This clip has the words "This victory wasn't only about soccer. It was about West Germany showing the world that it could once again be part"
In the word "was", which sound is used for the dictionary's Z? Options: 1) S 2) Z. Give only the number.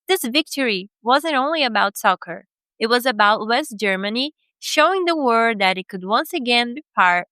2